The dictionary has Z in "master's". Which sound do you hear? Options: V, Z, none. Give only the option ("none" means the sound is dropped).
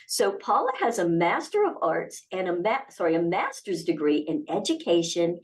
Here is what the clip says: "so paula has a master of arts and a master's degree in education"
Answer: Z